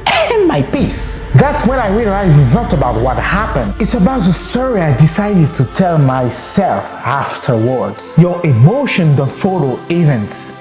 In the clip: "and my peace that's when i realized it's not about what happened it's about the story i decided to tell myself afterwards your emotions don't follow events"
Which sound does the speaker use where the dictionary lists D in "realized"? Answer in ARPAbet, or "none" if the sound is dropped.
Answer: none